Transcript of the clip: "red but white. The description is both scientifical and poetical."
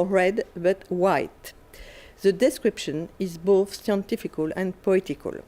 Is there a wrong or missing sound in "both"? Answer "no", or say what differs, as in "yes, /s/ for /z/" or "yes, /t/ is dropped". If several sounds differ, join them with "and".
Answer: no